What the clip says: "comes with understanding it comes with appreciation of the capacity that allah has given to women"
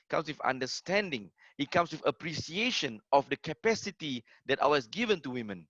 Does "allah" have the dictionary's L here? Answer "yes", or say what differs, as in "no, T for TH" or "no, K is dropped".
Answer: no, W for L